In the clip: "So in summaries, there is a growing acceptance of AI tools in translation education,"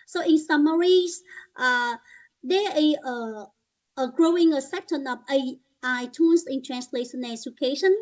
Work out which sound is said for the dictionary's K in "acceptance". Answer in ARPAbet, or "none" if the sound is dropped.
none